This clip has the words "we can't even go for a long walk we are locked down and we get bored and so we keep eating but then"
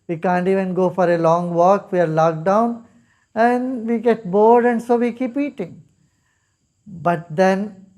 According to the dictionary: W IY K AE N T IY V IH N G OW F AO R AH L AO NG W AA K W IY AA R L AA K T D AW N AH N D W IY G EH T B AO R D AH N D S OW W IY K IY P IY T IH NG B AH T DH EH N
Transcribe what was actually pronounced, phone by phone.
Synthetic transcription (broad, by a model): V IY K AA N T IY V IH N G OW F AO R AH L AO NG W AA K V IY AA R L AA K D AW N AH N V IY G EH T B AO R D AH N D S OW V IY K IY P IY T IH NG B AH T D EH N